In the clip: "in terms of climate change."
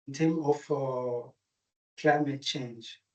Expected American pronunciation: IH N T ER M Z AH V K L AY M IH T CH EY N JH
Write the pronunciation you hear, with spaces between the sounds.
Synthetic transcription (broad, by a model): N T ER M AH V K L AY M IH T CH EY N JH